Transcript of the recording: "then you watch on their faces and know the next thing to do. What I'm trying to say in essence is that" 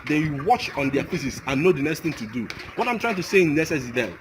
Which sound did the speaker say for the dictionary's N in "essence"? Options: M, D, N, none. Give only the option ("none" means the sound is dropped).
none